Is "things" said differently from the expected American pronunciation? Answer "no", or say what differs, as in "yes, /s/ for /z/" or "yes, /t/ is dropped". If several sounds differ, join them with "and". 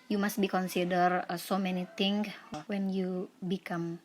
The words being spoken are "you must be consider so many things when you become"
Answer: yes, /t/ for /θ/ and /z/ is dropped